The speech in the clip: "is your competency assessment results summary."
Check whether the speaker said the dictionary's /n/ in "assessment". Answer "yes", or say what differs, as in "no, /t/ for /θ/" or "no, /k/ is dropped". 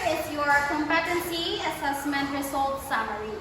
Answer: yes